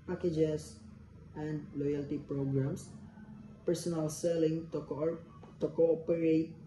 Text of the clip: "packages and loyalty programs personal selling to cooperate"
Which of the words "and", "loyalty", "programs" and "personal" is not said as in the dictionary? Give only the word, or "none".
programs